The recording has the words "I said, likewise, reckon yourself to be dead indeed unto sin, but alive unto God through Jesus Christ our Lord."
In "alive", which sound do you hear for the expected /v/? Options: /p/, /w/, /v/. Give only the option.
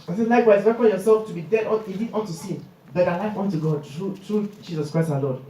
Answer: /w/